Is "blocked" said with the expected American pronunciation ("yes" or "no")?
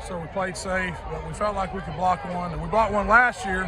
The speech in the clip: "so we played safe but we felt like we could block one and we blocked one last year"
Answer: no